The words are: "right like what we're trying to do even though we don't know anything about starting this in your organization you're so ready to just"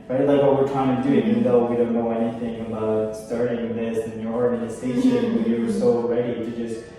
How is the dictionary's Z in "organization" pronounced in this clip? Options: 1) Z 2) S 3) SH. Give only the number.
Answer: 2